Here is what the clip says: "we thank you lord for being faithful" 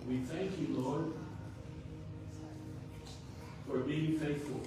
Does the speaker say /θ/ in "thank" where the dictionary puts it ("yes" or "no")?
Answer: yes